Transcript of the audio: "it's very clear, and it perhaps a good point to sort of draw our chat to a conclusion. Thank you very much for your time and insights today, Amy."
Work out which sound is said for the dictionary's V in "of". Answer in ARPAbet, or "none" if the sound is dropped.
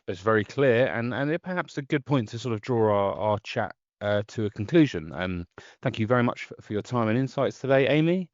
V